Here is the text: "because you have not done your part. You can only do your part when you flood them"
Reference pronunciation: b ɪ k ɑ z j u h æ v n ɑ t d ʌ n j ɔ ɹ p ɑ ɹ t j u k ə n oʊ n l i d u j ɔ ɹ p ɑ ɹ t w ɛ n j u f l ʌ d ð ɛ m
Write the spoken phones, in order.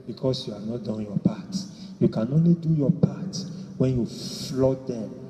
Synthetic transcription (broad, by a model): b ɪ k ɑ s j u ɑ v n ɑ t d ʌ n j ɔ p ɑ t j u k ə n oʊ n l i d u j ɔ p ɑ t w ɛ n j u f l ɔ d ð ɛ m